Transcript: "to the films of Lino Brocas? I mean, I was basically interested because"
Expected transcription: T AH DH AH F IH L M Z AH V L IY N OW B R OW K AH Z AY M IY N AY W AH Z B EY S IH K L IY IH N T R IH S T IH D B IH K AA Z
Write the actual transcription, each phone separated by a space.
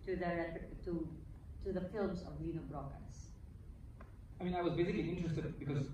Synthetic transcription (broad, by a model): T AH DH AH F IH L M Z AH V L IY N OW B R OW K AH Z AY M IY N AY W AH Z B EY S IH K L IY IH N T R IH S T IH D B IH K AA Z